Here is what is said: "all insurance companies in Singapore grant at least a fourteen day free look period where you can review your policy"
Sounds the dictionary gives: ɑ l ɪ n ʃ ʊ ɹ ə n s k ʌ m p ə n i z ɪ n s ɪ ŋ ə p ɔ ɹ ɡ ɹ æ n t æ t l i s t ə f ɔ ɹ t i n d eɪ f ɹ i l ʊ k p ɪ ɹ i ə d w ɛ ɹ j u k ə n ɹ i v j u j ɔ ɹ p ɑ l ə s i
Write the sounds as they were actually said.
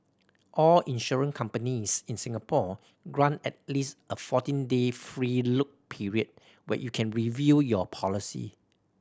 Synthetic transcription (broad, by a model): ɑ l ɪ n ʃ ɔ ɹ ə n k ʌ m p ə n i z ɪ n s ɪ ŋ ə p ɔ ɡ ɹ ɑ n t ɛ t l i s t ə f ɔ t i n d eɪ f ɹ i l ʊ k p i ɹ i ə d w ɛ j u k ə n ɹ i v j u j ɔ p ɑ l ə s i